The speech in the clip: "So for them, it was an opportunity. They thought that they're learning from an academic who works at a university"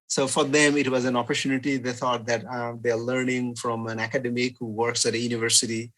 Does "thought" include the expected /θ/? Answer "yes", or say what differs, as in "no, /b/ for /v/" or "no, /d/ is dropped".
no, /t/ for /θ/